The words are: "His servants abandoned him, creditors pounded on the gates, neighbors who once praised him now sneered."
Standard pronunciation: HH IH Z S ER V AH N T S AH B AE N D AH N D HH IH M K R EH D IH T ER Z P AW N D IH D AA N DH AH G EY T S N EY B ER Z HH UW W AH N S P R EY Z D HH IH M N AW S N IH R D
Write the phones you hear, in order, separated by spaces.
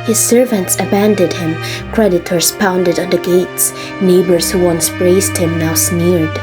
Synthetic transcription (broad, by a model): HH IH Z S ER V AH N T S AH B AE N D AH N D HH IH M K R EH D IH T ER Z P AW N D IH D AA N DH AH G EY T S N EY B ER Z HH UW W AH N S B R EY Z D HH IH M N AW S N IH R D